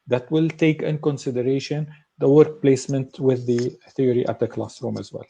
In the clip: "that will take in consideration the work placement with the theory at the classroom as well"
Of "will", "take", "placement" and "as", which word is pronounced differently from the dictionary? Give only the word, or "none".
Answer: none